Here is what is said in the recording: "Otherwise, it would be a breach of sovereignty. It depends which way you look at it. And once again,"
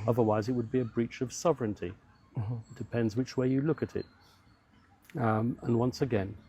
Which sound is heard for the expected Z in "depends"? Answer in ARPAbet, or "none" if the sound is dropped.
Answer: Z